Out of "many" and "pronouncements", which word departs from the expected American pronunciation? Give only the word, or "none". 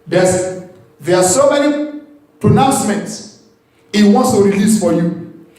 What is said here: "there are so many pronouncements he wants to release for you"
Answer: none